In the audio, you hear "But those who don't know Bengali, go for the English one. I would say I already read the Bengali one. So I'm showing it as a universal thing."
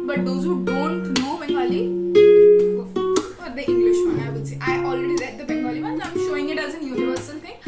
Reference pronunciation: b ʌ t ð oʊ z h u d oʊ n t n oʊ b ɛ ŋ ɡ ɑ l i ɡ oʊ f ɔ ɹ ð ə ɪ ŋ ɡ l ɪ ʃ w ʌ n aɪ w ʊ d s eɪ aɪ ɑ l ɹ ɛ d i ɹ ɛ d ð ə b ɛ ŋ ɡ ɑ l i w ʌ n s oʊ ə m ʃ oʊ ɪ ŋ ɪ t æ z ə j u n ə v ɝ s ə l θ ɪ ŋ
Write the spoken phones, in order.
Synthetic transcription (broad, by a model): b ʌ t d oʊ z h u d oʊ n t n oʊ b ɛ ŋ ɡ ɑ l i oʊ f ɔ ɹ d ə ɪ ŋ ɡ l ɪ ʃ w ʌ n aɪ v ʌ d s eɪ aɪ ɑ l ɹ ɛ d i ɹ ɛ d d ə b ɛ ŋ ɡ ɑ l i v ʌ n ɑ ə m ʃ oʊ ɪ ŋ ɪ t æ z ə j u n ə v ɝ s ə l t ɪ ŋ